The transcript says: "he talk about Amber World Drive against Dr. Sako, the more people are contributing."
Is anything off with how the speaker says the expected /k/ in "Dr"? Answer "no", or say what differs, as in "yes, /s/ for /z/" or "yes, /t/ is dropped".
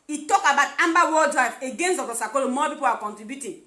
yes, /k/ is dropped